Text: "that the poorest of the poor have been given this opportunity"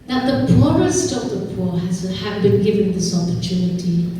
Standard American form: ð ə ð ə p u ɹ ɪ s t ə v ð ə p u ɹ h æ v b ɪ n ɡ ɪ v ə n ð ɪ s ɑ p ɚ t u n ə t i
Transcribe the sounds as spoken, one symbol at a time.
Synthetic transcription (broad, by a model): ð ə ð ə p u ɹ ɪ s t ə v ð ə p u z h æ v b ɪ n ɡ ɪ v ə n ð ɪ s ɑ p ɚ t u n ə t i